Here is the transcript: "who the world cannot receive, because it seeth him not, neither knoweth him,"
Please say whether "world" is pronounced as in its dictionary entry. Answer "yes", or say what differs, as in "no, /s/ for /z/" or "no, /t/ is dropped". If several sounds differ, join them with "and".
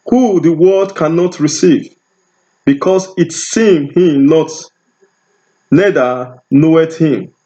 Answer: no, /l/ is dropped